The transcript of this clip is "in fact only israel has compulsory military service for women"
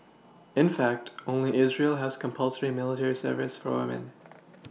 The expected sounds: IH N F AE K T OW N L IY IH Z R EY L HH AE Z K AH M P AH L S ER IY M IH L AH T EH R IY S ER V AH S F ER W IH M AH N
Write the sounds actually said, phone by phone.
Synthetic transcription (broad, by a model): IH N F AE K T OW N L IY IH Z R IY L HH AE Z K AH M P AH L S ER IY M IH L AH T EH R IY S ER V AH S F ER W IH M AH N